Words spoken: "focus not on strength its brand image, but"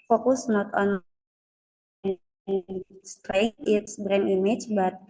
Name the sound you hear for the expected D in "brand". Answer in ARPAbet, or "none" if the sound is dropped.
none